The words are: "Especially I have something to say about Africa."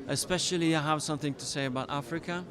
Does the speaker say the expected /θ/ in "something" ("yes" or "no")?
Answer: yes